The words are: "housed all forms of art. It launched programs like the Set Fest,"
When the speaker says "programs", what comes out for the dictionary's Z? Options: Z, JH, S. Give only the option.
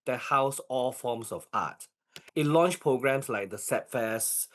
S